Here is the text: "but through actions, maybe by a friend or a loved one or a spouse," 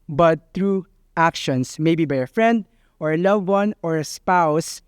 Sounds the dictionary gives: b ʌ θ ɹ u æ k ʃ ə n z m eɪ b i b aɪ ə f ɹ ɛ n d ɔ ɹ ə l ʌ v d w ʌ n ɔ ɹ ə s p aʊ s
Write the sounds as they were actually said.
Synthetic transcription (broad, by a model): b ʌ t ɹ u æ k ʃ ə n s m eɪ b i b aɪ ə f ɹ ɛ n d ɔ ɹ ə l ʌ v w ʌ n ɔ ɹ ə s p aʊ s